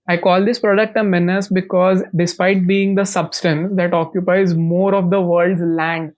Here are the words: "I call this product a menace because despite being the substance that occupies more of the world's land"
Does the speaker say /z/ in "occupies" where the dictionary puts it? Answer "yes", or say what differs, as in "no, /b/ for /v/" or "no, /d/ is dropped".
yes